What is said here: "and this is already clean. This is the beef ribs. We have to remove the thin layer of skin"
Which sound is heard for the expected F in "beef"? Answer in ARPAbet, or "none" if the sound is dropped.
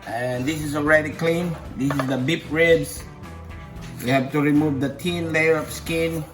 P